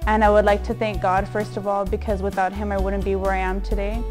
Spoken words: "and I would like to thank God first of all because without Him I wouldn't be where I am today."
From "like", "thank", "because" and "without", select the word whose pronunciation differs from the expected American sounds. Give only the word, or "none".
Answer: none